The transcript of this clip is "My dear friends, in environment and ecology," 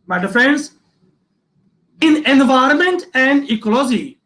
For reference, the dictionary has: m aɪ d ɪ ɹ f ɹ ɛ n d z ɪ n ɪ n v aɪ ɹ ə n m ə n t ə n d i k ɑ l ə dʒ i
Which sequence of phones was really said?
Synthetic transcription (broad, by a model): m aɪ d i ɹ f ɹ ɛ n d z ɪ n ɪ n v aɪ ɹ ə n m ə n t ə n d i k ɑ l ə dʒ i